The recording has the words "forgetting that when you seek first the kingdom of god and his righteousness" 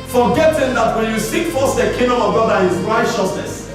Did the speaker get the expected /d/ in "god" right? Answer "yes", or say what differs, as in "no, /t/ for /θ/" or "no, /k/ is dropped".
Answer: yes